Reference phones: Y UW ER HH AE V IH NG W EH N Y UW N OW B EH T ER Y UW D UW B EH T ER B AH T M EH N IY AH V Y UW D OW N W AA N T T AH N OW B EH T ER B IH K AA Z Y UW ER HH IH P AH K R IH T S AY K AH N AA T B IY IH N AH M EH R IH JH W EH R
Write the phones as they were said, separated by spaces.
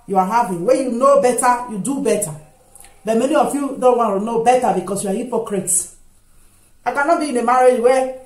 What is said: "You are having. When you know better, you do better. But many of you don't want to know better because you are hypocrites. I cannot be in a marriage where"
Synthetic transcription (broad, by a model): Y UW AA HH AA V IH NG W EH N Y UW N OW B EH T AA Y UW D UW B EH T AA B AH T M EH N IY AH F Y UW D OW N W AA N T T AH N OW B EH T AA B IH K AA S Y UW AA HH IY P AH K R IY T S AY K AH N AA T B IY IH N AH M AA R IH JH W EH